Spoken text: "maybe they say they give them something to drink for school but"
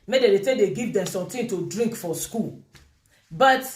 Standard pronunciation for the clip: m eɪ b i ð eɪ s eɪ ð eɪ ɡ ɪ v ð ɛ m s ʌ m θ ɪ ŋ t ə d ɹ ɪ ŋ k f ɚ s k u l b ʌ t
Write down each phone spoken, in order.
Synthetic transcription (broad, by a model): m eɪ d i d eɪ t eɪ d eɪ ɡ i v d ɛ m s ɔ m t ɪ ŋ t ə d ɹ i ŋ k f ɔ s k u l b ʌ t